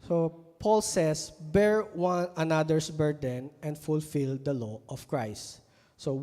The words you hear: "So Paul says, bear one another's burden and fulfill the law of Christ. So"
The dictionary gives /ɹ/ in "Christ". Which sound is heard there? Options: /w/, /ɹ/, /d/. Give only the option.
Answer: /ɹ/